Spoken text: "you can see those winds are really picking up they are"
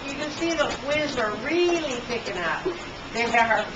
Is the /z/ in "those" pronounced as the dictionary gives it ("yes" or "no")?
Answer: no